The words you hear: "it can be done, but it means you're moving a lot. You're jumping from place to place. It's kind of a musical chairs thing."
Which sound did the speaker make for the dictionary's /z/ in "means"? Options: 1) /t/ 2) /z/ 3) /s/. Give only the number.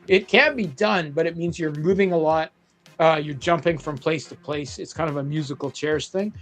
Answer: 2